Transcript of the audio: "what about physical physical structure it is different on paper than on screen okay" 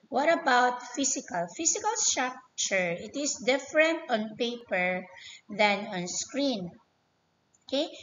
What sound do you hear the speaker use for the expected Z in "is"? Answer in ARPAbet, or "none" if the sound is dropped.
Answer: S